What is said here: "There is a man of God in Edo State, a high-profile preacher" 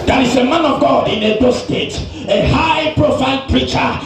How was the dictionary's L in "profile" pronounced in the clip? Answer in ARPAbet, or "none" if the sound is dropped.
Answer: N